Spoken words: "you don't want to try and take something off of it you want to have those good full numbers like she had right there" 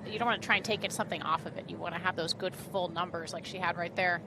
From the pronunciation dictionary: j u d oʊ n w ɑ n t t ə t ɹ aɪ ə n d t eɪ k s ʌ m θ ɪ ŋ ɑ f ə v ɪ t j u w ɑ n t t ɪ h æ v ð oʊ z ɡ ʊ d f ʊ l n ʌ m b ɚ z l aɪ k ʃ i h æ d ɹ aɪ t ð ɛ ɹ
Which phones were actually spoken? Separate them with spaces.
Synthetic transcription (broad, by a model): j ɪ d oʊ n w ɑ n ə t ɹ aɪ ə n t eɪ k s ʌ m θ ɪ ŋ ɑ f ə v ɪ t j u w ɑ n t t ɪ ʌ v ð oʊ z ɡ ʊ d f ʊ l n ʌ m b ɚ z l aɪ k ʃ i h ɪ d ɹ aɪ t ð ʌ ɹ